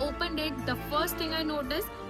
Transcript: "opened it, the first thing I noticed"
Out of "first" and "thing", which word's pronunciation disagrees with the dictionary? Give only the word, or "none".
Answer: thing